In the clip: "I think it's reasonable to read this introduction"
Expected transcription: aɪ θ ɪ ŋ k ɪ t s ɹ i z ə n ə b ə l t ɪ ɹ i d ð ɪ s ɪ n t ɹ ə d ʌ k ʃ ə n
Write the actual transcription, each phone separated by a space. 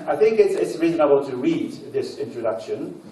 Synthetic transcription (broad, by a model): aɪ θ ɪ ŋ k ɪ t s ɹ i z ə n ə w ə n t ɪ ɹ i d ð ɪ s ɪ n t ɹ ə d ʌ k ʃ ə n